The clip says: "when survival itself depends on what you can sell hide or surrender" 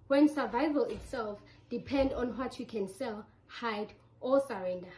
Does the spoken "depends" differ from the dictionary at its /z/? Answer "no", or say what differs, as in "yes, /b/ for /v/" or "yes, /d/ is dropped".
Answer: yes, /z/ is dropped